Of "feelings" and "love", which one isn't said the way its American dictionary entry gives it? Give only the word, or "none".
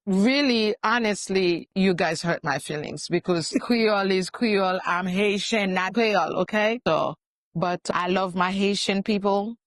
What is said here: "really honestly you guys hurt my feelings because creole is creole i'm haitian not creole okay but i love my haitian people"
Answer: none